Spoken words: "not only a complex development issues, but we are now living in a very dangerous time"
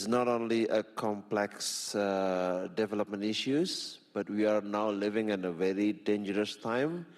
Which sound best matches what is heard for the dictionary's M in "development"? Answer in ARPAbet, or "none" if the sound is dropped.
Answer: M